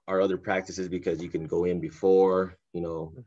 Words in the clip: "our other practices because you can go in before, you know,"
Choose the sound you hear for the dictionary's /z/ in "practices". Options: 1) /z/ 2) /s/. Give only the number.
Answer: 1